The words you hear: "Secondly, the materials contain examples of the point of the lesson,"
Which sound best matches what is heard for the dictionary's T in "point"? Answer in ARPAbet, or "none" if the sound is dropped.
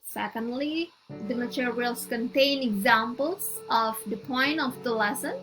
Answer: none